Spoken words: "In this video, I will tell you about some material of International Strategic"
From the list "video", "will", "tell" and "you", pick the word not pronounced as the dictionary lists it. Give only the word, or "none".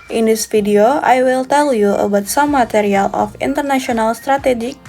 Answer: video